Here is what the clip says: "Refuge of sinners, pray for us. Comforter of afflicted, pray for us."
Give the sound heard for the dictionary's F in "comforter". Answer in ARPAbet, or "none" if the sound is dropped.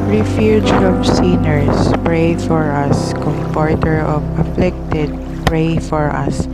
P